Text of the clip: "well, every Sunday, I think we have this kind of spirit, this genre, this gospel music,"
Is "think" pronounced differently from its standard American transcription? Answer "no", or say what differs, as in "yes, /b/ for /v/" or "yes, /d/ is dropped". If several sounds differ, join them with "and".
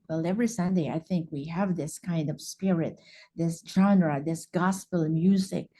no